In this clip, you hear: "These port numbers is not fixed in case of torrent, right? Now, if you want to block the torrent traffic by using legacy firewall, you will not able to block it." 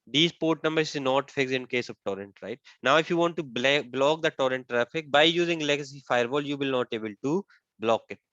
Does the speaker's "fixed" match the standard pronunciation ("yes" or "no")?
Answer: no